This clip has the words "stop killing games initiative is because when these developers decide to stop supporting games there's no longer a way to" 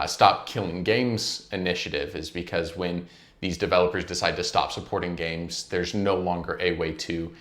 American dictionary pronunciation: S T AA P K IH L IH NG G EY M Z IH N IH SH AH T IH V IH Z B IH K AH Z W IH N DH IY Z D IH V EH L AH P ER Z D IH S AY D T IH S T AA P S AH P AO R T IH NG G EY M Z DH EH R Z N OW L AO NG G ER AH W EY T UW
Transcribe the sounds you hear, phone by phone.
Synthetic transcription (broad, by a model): S T AA P K IH L IH NG G EY M Z IH N IH SH AH T IH V IH Z B IH K AH Z W IH N DH IY Z D IH V EH L AH P ER Z D IH S AY D T IH S T AA P S AH P AO R T IH NG G EY M Z DH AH R Z N OW L AO NG G ER AH W EY T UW